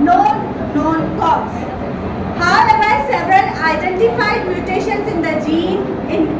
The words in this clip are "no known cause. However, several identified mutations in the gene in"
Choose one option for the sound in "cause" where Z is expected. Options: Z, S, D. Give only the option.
S